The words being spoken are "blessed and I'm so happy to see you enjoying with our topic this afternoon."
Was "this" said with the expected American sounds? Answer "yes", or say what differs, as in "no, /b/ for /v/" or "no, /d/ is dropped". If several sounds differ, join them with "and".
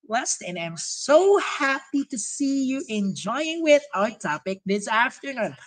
yes